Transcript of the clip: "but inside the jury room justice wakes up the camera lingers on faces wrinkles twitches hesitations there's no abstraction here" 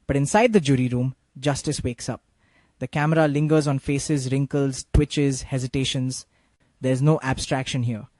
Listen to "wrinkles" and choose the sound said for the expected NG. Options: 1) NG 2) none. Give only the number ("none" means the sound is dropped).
1